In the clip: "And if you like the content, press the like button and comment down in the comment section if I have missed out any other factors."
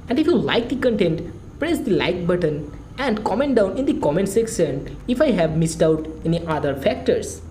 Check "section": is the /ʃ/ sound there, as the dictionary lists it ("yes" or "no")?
no